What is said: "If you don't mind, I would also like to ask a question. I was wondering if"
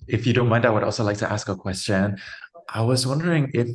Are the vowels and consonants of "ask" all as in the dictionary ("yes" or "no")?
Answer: yes